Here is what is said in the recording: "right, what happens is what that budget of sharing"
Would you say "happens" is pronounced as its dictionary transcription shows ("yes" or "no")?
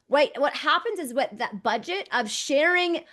yes